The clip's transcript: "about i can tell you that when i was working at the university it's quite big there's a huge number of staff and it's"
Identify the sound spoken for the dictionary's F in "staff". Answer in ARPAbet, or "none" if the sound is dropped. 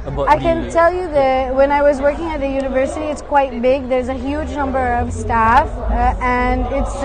F